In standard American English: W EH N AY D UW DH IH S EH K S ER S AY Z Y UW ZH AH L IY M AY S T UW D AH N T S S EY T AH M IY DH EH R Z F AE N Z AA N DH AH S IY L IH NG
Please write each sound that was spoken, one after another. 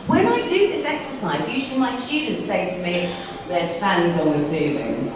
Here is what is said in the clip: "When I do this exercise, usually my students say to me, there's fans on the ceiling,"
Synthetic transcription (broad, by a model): W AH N AY D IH DH IH S EH K S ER S AY Z Y UW ZH AH L IY M AY S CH UW D N T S S EY T AH M IY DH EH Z F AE N Z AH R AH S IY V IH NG